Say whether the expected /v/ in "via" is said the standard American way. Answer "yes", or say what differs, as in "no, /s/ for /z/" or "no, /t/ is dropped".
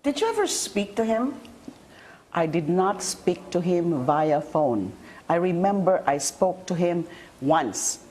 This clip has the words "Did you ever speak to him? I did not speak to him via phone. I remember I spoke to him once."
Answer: yes